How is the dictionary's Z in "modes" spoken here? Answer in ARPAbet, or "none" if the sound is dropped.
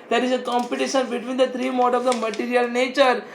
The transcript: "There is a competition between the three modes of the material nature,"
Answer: none